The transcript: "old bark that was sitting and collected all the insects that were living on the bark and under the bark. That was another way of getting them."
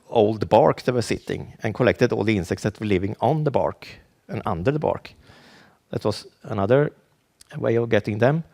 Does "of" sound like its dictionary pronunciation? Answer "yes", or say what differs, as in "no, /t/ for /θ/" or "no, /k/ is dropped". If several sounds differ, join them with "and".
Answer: yes